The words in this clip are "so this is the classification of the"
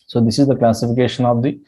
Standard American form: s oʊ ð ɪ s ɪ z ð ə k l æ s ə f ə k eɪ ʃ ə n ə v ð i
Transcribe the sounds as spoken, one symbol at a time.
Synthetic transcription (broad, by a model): s oʊ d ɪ s ɪ z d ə k l æ s ə f ə k eɪ ʃ ə n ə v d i